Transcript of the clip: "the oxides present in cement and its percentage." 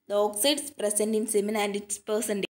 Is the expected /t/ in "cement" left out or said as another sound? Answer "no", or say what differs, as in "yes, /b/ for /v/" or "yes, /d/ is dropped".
yes, /t/ is dropped